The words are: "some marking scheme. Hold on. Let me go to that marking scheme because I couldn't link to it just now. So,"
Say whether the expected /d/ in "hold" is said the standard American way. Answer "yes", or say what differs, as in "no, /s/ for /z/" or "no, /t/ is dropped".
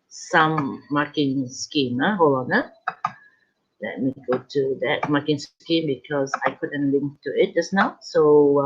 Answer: no, /d/ is dropped